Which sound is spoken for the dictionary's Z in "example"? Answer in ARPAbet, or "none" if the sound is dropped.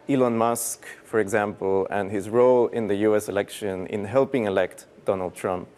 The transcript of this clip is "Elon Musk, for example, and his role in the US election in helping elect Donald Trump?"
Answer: Z